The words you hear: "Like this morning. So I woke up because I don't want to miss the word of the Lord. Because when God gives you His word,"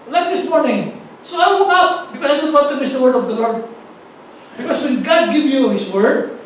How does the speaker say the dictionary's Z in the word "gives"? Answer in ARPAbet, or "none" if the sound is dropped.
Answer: none